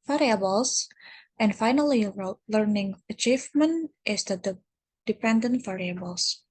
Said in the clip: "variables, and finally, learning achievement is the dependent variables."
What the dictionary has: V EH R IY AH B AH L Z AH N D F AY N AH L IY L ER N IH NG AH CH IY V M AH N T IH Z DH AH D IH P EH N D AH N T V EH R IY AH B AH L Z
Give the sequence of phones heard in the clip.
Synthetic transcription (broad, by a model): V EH R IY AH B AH L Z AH N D F AY N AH L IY L ER N IH NG AH CH IY V M AH N T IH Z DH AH D IH P EH N D AH N T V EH R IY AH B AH L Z